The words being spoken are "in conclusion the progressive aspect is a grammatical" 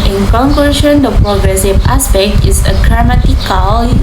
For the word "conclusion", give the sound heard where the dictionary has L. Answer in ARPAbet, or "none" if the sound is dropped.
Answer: none